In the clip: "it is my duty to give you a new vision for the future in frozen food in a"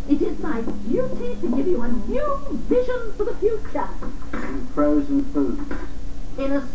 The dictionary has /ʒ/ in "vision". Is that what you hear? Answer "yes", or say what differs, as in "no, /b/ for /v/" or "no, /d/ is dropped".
yes